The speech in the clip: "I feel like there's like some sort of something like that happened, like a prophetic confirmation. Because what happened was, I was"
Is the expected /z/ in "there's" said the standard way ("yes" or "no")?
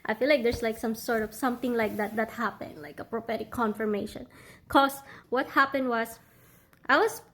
no